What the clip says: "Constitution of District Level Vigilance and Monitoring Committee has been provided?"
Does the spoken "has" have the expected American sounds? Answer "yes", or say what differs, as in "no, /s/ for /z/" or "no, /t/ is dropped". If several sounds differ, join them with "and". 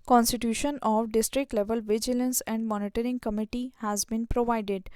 yes